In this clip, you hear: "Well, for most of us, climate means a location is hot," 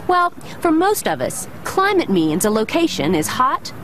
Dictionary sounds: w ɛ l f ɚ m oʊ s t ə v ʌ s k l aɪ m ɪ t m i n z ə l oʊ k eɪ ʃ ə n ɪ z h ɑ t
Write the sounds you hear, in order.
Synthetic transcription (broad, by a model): w ɛ l f ɚ m oʊ s t ə v ʌ s k l aɪ m ɪ t m i n z ə l oʊ k eɪ ʃ ə n ɪ z h ɑ t